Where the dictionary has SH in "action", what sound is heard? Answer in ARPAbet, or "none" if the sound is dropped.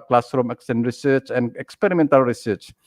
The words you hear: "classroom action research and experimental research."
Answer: S